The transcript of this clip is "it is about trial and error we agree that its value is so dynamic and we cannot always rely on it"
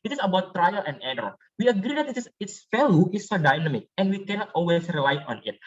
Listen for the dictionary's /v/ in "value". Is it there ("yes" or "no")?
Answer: no